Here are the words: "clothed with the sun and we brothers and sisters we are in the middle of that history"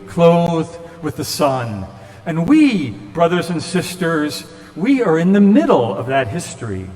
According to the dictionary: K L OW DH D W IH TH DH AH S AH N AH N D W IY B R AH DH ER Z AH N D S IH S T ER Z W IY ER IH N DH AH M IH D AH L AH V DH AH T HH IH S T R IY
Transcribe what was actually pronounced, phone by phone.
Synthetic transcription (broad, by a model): K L OW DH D W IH DH AH S AH N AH N W IY B R AH DH ER Z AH N S IH S T ER Z W IY ER IH N DH AH M IH D L AH V DH AH T HH IH S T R IY